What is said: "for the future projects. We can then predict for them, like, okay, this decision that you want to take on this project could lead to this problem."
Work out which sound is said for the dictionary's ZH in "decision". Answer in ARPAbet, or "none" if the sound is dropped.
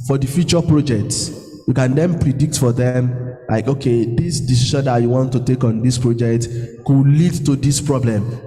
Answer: SH